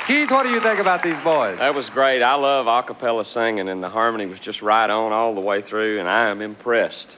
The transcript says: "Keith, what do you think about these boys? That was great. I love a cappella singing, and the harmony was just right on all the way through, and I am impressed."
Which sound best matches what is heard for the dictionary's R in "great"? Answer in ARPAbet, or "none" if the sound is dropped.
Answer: R